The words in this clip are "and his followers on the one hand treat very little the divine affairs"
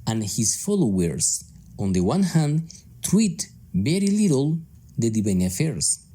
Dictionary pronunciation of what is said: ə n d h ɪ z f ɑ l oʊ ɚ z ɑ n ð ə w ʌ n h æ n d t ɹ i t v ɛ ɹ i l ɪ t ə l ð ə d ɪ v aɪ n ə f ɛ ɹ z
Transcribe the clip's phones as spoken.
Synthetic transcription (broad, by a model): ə n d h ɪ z f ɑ l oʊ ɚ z ɑ n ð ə w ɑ n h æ n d t w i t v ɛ ɹ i l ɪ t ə l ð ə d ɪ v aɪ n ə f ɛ ɹ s